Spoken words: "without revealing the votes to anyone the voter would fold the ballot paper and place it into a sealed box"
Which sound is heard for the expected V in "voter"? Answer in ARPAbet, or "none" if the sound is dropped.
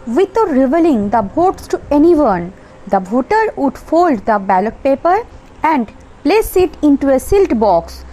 B